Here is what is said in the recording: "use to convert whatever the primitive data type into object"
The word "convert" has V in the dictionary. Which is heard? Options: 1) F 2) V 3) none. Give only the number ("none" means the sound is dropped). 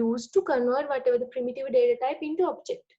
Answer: 3